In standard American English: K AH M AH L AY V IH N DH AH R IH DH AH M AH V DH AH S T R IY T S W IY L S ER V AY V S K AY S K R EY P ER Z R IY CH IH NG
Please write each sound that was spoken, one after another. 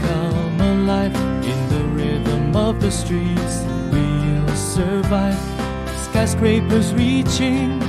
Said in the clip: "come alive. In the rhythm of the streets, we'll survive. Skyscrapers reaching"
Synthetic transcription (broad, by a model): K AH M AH L AY F IH N DH AH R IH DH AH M AH V DH AH S T R IY T S W IY L S ER V AY V S K AY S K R EY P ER Z R IY CH IH NG